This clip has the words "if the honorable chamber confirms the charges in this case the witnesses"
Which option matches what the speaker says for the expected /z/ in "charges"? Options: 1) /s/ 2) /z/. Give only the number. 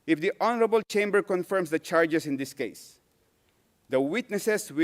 1